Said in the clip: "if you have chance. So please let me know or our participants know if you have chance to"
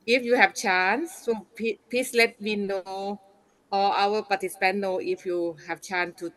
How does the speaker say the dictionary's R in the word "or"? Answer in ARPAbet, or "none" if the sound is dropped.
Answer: L